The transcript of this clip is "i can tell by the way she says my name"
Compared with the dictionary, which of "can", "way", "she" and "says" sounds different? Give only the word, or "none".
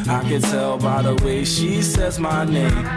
none